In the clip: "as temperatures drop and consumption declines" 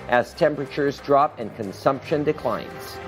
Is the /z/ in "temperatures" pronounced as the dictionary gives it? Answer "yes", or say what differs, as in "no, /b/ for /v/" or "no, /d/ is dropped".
yes